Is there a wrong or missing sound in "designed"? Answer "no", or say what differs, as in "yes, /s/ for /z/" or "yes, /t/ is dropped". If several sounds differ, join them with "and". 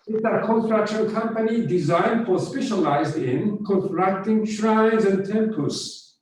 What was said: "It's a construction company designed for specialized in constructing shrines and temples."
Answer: no